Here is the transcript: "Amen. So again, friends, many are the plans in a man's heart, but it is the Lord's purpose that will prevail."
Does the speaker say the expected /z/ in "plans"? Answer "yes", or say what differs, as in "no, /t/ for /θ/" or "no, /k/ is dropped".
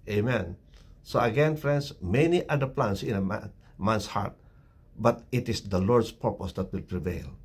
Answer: no, /s/ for /z/